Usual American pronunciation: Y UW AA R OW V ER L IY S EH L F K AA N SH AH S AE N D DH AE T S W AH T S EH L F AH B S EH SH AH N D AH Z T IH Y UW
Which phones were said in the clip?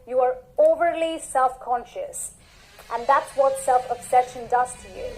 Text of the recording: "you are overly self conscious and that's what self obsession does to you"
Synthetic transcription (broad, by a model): Y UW AA R OW V ER L IY S EH L F K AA N SH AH S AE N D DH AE T S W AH T S EH L F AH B S EH SH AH N D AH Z T IH Y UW